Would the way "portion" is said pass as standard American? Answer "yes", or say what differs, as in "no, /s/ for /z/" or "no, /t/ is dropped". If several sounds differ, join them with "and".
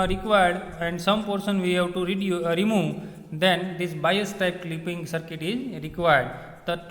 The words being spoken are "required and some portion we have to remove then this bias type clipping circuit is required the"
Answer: no, /s/ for /ʃ/